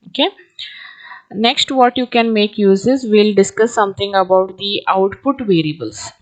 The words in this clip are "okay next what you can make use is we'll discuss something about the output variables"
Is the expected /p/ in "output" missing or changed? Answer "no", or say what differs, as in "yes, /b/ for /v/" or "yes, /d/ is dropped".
no